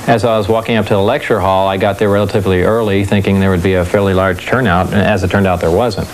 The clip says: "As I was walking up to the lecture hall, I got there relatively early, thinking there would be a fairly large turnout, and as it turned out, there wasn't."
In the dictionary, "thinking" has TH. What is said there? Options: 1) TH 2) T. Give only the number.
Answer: 1